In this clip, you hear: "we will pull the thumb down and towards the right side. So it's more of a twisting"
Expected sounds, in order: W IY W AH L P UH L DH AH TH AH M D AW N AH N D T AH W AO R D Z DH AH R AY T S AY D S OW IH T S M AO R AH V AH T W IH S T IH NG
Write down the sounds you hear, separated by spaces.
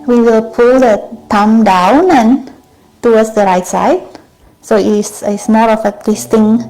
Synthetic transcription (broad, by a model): W IY W AH L P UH L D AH T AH M D AW N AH N T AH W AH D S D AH R AY T S AY D S OW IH S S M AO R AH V AH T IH S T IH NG